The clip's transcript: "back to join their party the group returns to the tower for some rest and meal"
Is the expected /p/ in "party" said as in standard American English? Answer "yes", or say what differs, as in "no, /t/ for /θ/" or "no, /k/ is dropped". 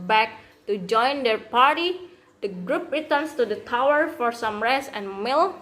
yes